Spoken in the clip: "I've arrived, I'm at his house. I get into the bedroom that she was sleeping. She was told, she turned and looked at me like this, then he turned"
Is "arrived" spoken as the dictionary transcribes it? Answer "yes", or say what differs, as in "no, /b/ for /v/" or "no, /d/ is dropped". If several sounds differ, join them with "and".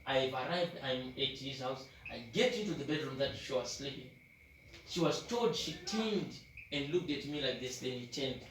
yes